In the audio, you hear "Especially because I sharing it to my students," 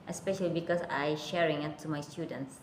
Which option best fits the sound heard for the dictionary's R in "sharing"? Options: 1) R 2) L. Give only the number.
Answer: 1